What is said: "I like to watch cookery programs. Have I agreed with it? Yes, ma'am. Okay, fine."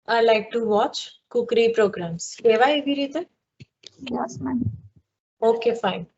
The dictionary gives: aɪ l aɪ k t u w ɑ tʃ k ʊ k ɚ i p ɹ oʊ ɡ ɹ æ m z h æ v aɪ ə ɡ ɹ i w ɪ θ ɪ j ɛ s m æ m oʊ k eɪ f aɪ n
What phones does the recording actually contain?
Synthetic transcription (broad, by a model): aɪ l aɪ k t u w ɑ tʃ k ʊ k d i p ɹ oʊ ɡ ɹ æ m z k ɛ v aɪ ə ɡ i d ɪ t ɪ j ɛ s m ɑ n oʊ k eɪ f aɪ n